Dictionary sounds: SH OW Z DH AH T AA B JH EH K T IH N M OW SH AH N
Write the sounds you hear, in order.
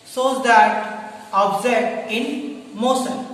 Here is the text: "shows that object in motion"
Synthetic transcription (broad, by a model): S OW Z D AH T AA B Z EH T IH N M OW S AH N